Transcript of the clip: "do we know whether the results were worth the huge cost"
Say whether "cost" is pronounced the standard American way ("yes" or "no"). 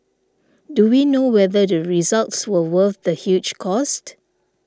yes